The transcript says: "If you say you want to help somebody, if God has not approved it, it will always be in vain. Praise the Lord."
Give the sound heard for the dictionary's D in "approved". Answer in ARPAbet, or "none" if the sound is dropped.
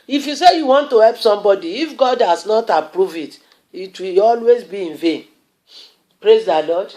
none